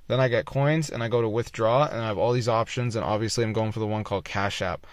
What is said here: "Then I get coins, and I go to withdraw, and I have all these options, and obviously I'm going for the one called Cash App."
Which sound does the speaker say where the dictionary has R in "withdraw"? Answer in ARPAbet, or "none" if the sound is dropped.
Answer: R